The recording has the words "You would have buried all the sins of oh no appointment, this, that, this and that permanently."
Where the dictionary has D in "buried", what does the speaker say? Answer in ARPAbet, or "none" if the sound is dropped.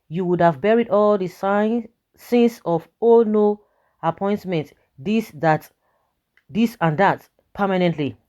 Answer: D